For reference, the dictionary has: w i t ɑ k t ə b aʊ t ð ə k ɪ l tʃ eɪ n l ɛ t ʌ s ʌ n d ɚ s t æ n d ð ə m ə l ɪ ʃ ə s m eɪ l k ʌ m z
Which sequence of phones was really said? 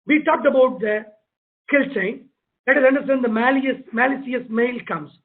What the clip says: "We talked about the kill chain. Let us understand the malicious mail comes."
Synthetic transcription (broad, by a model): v i t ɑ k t ə b aʊ t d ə k ɪ l tʃ eɪ n l ɛ t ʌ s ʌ n d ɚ s t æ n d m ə m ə l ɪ s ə s m eɪ l k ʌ m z